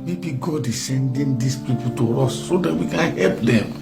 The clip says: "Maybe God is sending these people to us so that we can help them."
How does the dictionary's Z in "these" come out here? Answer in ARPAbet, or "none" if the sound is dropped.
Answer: S